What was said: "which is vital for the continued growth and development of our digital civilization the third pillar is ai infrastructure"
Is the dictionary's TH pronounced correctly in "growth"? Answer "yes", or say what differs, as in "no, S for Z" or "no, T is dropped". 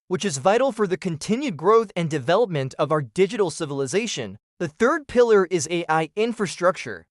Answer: yes